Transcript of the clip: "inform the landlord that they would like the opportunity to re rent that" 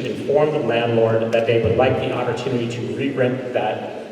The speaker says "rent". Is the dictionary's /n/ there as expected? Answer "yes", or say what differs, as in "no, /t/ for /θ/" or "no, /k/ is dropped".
no, /n/ is dropped